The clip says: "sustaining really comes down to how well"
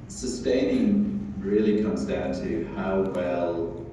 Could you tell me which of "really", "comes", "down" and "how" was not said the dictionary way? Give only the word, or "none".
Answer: none